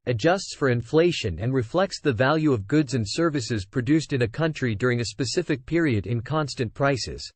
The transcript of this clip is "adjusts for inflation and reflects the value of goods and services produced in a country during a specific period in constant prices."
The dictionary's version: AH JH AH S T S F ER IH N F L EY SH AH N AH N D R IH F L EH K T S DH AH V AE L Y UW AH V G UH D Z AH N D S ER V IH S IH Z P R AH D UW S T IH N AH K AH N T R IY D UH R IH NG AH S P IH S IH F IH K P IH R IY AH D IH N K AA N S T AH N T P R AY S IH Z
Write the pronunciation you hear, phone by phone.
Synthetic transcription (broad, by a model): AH JH AH S T S F ER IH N F L EY SH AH N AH N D R IH F L EH K T S DH AH V AE L Y UW AH V G UH D Z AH N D S ER V IH S IH Z P R AH D UW S T IH N AH K AH N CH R IY D UH R IH NG AH S P IH S IH F IH K P IH R IY AH D IH N K AA N S T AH N P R AY S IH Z